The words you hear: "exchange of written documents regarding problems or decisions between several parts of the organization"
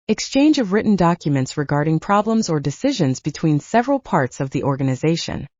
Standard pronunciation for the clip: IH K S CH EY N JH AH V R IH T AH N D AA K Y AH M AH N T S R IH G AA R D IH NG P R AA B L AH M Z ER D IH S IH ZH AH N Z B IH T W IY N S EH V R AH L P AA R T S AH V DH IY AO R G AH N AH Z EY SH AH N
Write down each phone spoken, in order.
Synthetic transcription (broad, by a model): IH K S CH EY N JH AH V R IH T N D AA K Y AH M AH N T S R IH G AA R D IH NG P R AA B L AH M Z ER D IH S IH ZH AH N Z B IH T W IY N S EH V R AH L P AA R T S AH V DH IY AO R G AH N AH Z EY SH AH N